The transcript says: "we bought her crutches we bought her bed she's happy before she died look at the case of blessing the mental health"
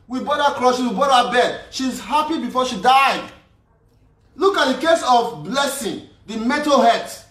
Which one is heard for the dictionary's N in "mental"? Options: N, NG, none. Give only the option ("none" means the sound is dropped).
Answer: none